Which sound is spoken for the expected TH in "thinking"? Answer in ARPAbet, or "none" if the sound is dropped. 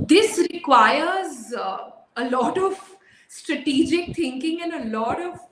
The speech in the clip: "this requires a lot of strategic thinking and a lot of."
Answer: T